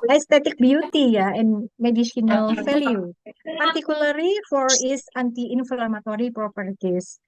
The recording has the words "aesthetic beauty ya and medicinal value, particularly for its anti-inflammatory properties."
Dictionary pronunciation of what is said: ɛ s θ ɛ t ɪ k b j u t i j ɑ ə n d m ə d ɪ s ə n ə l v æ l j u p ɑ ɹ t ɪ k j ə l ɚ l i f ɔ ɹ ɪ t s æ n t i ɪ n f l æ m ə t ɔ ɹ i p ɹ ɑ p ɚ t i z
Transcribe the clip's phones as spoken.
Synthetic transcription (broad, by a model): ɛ s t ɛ t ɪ k b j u t i j ɑ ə n m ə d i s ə n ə l f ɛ l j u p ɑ ɹ t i k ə l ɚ l i f ɔ ɹ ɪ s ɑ n t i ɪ n f l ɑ m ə t ɔ ɹ i p ɹ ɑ p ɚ t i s